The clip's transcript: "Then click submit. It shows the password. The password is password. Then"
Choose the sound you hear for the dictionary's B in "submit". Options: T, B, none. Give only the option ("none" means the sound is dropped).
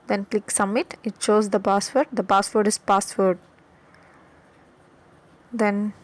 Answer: none